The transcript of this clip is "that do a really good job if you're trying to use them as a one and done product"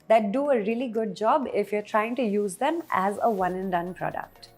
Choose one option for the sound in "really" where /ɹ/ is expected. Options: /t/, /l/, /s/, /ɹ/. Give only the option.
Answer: /ɹ/